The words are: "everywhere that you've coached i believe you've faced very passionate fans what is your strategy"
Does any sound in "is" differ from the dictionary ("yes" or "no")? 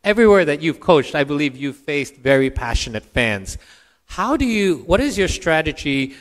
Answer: no